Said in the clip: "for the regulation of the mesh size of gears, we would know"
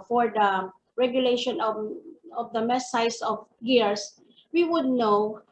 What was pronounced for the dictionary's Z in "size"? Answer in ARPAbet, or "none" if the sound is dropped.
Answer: S